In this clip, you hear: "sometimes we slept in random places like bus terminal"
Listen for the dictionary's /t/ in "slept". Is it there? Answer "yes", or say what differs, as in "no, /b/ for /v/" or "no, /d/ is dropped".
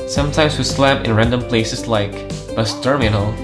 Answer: no, /t/ is dropped